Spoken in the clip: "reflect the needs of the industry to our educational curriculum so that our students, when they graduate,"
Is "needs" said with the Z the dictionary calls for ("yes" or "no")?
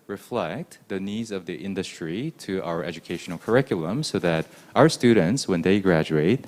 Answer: yes